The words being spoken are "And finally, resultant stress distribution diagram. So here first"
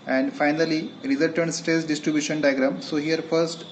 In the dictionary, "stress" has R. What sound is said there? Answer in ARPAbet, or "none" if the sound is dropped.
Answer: none